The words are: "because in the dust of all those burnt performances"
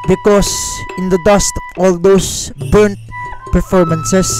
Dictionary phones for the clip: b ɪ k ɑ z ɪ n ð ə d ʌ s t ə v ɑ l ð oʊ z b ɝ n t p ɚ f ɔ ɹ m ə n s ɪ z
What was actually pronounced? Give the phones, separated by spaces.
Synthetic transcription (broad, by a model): b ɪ k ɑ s ɪ n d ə d ʌ s t ɑ l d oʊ s b ɝ n t p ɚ f ɔ ɹ m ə n s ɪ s